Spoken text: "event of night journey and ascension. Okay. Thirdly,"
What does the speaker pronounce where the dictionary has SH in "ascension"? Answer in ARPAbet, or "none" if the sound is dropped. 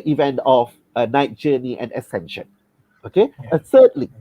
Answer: SH